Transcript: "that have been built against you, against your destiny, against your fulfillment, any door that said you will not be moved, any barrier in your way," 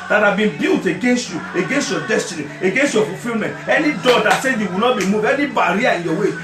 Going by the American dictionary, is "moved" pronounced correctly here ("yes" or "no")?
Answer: no